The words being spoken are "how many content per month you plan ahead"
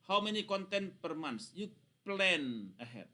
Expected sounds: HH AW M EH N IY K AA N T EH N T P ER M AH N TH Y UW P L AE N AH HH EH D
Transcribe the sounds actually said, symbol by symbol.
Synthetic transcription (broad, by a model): HH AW M EH N IY K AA N T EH N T P ER M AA N S Y UW P L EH N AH HH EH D